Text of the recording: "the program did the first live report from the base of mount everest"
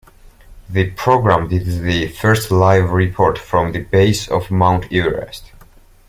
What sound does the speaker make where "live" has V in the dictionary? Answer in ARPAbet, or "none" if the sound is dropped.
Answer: V